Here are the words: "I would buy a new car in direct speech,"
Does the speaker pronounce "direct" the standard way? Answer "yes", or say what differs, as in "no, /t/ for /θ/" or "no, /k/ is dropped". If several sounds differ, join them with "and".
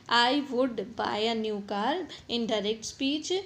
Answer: yes